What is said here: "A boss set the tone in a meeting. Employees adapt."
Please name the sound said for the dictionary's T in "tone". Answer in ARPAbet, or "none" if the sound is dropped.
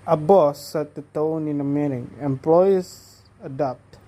T